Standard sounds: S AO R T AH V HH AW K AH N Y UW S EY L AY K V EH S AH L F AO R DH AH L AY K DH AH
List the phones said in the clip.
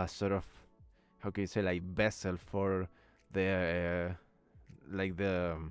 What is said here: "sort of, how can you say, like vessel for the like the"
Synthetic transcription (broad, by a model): S AO R T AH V HH AW K AH N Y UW S EY L AY K B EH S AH L F AO R DH AH L AY K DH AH